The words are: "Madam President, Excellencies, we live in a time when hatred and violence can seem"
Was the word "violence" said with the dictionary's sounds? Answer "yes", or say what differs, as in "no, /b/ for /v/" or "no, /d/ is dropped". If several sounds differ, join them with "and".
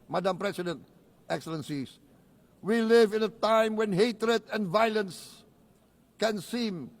yes